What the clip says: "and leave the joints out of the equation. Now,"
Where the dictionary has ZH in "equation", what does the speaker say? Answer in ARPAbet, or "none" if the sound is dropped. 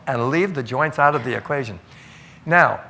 ZH